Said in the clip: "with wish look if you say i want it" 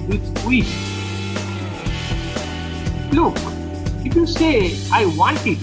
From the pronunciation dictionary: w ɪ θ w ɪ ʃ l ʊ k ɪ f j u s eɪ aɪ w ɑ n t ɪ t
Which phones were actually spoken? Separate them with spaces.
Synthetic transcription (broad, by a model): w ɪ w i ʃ l ʊ k ɪ f j u s eɪ aɪ w ɑ n t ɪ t